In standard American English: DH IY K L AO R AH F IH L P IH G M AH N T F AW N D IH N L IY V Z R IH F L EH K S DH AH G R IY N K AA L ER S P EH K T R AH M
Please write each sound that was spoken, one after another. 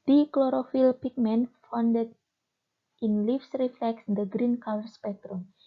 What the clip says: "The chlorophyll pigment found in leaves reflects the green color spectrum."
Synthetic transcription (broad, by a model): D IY K L AO R AH F IH L P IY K M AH N F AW N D IH N L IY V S R IH F L EH K S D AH G R IY N K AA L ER S P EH K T R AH M